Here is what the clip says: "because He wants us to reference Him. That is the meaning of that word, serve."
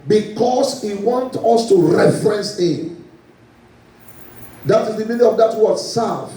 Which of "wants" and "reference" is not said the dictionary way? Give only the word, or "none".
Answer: wants